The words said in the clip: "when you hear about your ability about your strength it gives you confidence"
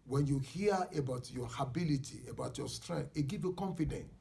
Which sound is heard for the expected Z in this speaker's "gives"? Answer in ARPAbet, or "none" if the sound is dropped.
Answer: none